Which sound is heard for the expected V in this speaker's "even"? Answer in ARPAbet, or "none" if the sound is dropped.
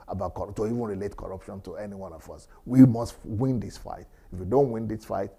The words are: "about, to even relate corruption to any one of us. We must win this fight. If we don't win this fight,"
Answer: V